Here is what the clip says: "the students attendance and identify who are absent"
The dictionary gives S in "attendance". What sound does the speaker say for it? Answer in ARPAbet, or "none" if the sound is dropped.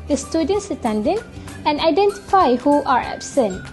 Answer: none